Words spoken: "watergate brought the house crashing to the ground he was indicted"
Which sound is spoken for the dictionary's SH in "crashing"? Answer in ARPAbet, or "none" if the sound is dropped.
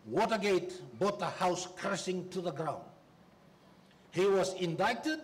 S